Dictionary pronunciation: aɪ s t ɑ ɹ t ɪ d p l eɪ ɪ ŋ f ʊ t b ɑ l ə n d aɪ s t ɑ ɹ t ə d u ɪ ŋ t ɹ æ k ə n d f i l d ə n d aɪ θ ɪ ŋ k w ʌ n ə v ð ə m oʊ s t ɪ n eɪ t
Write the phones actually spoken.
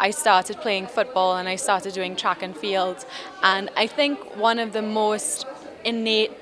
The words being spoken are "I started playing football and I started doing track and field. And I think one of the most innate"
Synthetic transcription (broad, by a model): aɪ s t ɑ ɹ t ɪ d p l eɪ ɪ ŋ f ʊ t b ɑ l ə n aɪ s t ɑ ɹ t ə d u ɪ ŋ t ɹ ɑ k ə n f i l d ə n aɪ θ ɪ ŋ k w ʌ n ə v ð ə m oʊ s t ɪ n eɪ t